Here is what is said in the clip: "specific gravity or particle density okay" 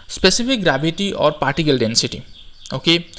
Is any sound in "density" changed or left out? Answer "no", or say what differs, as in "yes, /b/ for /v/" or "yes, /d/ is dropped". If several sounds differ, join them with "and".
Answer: no